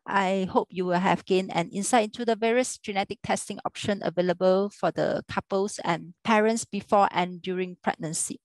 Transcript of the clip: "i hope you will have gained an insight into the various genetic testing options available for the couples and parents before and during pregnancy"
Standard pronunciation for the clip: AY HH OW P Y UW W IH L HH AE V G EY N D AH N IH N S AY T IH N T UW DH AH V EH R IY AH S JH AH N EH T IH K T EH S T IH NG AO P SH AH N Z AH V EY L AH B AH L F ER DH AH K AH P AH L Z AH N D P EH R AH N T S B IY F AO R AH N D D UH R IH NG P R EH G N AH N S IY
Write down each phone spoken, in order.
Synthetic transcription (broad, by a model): AY HH OW P Y UW W IH L HH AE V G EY N AH N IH N S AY IH N T UW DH AH V EH R IY AH S JH AH N EH T IH K T EH S T IH NG AO P SH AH N AH V EY L AH B AH L F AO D AH K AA P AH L S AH N P EH R AH N T S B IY F AO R AH N D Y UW R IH NG P R EH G N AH N S IY